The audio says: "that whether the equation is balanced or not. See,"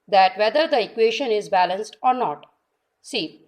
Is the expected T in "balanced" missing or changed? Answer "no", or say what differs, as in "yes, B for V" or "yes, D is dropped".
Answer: no